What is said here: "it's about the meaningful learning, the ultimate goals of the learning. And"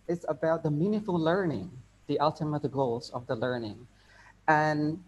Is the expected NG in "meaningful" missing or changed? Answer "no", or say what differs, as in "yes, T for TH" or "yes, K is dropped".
yes, NG is dropped